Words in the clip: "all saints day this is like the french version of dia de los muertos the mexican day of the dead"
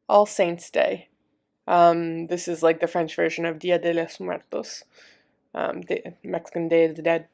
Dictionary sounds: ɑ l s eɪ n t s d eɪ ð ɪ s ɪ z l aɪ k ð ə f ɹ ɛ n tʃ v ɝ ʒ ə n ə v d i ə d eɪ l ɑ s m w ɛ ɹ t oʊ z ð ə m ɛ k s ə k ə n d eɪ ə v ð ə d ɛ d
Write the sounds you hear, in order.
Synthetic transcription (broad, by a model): ɑ l s eɪ n t s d eɪ ð ɪ s ɪ z l aɪ k ð ə f ɹ ɛ n tʃ v ɝ ʒ ə n ə v d i ə d eɪ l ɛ s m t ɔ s t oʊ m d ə m ɛ k s ə k ə n d eɪ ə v ð ə d ɛ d